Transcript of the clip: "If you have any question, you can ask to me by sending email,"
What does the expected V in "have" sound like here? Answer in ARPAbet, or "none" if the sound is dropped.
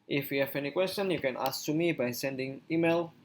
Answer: F